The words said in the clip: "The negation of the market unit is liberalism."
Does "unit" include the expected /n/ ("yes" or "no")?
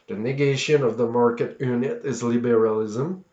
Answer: yes